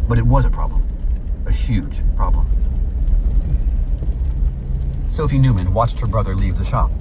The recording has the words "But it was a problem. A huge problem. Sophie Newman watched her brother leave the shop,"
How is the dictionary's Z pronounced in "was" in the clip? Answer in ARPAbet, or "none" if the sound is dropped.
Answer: Z